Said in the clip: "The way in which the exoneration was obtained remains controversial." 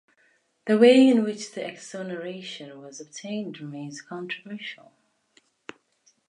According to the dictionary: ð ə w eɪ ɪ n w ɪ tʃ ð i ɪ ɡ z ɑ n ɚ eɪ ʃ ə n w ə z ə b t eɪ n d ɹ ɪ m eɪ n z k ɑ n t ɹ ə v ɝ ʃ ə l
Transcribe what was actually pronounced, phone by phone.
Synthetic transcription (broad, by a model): ð ə w eɪ ɪ n w ɪ tʃ ð i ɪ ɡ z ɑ n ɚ eɪ ʃ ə n w ə z ə b t eɪ n d ɹ ɪ m eɪ n z k ɑ n t ɹ ə v ɝ ʃ ə l